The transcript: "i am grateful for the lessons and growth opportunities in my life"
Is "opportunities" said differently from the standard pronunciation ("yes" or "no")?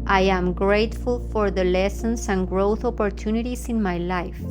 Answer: yes